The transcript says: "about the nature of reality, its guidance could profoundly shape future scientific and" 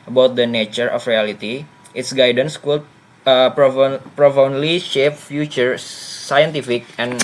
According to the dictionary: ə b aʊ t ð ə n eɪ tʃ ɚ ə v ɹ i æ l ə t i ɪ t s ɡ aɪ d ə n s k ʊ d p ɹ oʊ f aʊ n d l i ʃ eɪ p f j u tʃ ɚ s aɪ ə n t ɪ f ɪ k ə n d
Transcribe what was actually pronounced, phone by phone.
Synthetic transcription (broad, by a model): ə b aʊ t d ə n eɪ tʃ ɚ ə f ɹ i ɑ l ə t i ɪ t s ɡ aɪ d ə n s k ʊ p p ɹ oʊ f aʊ n d l i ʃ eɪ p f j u tʃ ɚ s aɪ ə n t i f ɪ k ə n